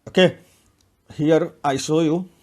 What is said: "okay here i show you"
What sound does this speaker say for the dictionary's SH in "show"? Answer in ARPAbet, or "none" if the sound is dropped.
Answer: S